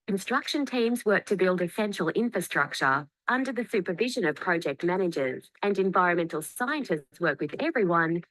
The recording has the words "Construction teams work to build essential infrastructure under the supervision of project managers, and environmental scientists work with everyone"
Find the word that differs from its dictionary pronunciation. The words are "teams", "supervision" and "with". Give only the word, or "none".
none